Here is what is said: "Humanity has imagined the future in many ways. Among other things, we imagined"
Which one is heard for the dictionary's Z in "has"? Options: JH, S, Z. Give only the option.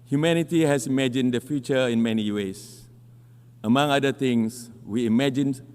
S